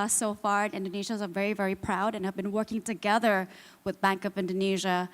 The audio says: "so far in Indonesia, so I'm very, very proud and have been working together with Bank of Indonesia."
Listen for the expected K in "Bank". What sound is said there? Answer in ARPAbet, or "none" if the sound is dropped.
K